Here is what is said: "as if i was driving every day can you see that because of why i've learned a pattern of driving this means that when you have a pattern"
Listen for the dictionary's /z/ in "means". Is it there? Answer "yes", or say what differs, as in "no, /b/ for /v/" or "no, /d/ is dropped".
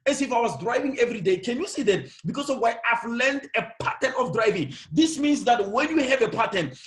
no, /s/ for /z/